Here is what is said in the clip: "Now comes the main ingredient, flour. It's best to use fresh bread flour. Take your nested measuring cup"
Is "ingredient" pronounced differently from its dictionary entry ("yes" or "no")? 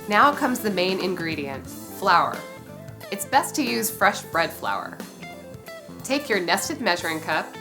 no